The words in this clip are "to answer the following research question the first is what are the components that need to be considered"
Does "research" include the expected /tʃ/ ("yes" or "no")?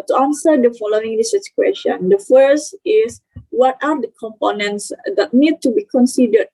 no